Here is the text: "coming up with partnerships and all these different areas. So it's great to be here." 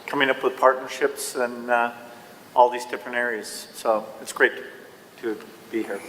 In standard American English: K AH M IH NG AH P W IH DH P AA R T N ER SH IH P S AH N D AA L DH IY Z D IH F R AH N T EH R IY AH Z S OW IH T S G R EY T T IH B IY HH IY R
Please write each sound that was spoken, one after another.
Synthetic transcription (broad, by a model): K AH M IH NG AH P W IH DH P AA R T N ER SH IH P S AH N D AA L DH IY Z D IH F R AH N EH R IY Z S OW IH T S G R EY T T IH B IY HH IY R